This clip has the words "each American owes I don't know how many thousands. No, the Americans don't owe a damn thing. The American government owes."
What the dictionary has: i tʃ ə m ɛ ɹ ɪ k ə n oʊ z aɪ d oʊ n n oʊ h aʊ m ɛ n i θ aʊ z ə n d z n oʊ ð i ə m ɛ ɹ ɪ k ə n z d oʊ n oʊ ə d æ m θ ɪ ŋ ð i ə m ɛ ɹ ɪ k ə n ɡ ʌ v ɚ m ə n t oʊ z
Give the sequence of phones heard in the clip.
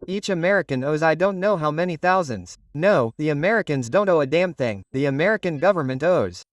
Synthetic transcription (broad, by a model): i tʃ ə m ɛ ɹ ɪ k ə n oʊ z aɪ d oʊ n n oʊ h aʊ m ɛ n i θ aʊ z ə n d z n oʊ ð i ə m ɛ ɹ ɪ k ə n z d oʊ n oʊ ə d æ m θ ɪ ŋ ð i ə m ɛ ɹ ɪ k ə n ɡ ʌ v ɚ m ə n t oʊ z